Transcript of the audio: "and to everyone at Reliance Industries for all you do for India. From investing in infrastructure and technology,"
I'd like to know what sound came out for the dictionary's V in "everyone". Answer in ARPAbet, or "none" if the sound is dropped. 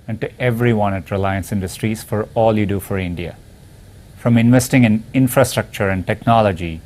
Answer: V